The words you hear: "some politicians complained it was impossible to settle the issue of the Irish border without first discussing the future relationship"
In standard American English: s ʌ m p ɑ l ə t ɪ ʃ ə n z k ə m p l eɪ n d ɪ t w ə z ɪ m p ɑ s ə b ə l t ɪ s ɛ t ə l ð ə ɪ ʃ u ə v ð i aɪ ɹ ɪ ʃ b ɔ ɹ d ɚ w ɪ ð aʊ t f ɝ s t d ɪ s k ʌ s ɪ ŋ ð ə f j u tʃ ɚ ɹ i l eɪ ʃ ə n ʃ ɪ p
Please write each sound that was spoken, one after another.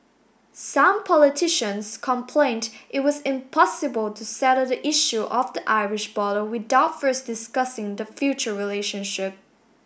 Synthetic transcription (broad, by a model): s ʌ m p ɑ l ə t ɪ ʃ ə n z k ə m p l eɪ n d ɪ t w ə z ɪ m p ɑ s ə b ə l t ɪ s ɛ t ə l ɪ ʃ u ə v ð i aɪ ɹ ɪ ʃ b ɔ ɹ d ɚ w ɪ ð aʊ t f ɝ s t d ɪ s k ʌ s ɪ ŋ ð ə f j u tʃ ɚ ɹ i l eɪ ʃ ə n ʃ ɪ p